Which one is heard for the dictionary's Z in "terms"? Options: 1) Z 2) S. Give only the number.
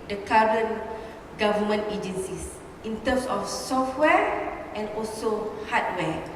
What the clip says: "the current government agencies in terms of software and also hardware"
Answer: 2